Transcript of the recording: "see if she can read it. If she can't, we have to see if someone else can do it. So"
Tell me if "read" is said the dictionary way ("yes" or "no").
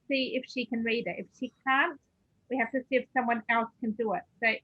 yes